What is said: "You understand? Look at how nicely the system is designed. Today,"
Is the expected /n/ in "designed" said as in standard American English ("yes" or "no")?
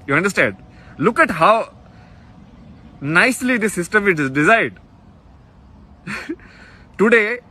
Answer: no